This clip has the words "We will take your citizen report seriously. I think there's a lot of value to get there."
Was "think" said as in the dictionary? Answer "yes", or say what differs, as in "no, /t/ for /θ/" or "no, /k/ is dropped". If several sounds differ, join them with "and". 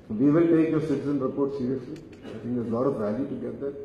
no, /t/ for /θ/